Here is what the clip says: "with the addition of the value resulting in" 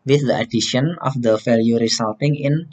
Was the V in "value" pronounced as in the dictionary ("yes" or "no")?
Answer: no